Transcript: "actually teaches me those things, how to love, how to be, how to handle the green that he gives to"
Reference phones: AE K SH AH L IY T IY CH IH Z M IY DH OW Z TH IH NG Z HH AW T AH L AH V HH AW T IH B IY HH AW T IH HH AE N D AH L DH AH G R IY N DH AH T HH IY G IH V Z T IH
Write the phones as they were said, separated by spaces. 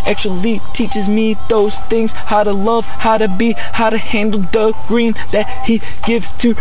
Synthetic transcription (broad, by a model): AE K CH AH L IY T IY CH IH Z M IY DH OW Z TH IH NG Z HH AW T AH L AH V HH AW T IH B IY HH AW T IH HH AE N D L DH AH G R IY N DH AH T HH IY G IH V Z T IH